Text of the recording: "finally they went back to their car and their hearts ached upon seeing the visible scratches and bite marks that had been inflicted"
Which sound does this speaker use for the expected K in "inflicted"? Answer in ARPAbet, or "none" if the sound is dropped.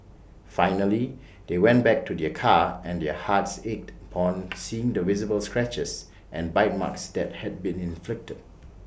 K